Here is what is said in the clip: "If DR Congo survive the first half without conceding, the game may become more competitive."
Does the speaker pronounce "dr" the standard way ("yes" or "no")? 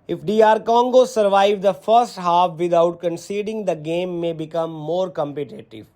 no